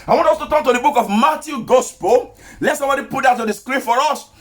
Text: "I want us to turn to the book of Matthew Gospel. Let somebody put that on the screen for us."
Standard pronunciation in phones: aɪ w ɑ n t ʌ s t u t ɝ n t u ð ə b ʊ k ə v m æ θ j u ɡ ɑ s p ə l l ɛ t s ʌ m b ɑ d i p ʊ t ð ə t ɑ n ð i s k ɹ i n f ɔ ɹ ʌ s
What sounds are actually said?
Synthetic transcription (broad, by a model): aɪ w ɑ n t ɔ s t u t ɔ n t u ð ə b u k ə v m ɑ t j u ɡ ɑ s p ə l l ɛ t s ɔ m b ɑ d i p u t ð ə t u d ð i s k ɹ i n f ɔ ɹ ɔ s